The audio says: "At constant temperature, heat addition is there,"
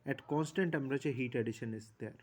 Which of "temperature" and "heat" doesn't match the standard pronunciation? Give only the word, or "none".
temperature